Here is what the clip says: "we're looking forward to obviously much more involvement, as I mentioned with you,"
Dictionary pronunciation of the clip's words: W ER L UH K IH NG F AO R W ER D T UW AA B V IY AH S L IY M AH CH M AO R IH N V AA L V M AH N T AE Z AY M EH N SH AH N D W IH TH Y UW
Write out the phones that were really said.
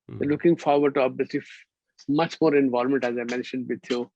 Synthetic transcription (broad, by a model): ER L UH K IH NG F AO R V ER D T UW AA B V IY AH S L IY M AH CH M AO R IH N V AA L M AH N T AE Z AY M EH N SH AH N D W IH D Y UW